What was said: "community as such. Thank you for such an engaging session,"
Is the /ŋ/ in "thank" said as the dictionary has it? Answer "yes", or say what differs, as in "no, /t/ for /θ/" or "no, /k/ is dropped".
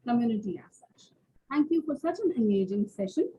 yes